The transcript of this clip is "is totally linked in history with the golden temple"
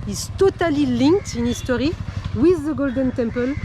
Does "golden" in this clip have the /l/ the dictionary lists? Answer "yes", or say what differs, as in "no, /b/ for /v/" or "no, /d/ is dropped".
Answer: yes